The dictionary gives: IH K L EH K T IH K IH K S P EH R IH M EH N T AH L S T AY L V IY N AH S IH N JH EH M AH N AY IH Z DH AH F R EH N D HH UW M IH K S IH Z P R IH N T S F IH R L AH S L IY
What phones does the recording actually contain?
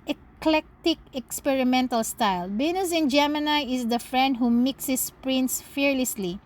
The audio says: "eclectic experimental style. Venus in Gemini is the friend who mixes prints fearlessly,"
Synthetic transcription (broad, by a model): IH K L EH K T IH K IH K S P EH R IH M EH N T AH L S T AY L B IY N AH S IH N JH EH M AH N AY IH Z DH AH F R EH N D HH UW M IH K S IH S P R IH N T S F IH R L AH S L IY